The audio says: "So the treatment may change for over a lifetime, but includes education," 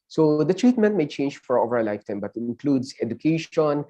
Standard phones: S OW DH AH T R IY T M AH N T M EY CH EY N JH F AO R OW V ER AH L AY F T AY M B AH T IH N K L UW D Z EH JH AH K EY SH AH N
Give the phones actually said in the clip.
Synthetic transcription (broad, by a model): S OW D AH T R IY T M AH N T M EY CH EY N JH F AO R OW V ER AH L AY F T AY M B AH T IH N K L UW D S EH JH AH K EY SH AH N